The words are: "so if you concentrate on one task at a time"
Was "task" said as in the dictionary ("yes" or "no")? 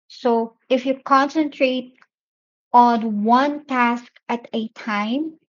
yes